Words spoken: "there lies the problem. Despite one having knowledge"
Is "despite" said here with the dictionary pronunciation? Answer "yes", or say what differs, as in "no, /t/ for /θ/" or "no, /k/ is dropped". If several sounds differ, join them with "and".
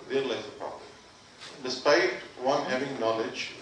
yes